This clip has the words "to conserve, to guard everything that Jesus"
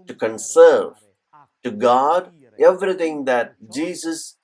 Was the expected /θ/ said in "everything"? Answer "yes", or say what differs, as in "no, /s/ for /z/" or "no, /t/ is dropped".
no, /t/ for /θ/